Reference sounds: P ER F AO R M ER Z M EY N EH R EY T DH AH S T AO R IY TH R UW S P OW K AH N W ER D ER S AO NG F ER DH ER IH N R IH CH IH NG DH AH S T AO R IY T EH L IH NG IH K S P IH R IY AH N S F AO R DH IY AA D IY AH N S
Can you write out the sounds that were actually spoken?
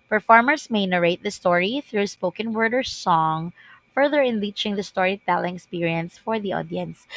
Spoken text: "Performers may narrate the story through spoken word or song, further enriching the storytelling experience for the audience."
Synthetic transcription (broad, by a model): P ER F AO R M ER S M EY N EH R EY T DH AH S T AO R IY TH R UW S P OW K AH N W ER D ER S AO NG F ER DH ER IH N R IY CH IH NG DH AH S T AO R IY T EH L IH NG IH K S P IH R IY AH N S F AO R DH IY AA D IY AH N S